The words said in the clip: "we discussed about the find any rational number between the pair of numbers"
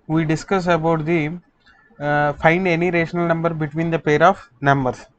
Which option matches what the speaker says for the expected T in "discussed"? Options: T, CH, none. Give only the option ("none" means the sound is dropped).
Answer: none